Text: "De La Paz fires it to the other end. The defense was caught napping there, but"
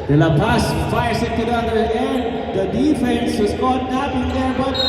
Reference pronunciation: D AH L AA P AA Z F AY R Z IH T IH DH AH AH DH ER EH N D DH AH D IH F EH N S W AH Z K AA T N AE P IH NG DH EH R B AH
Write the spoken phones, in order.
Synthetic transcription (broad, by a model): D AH N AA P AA S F AY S IH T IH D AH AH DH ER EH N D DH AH D IH F EH N S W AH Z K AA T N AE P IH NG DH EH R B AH